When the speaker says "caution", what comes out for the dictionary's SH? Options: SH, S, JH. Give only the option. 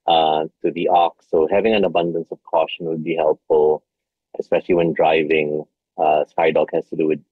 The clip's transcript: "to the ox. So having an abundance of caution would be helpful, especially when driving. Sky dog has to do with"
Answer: SH